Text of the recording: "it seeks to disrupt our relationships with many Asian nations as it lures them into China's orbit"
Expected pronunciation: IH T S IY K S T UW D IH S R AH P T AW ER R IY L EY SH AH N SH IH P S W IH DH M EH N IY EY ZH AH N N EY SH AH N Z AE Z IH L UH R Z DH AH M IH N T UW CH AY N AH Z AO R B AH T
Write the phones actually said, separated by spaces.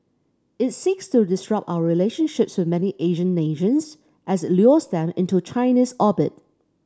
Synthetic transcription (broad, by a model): IH T S IY K S T UW D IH S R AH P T AW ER R IY L EY SH AH N SH IH P S W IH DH M EH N IY EY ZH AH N N EY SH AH N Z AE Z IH L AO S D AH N IH N T UW CH AY N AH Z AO B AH T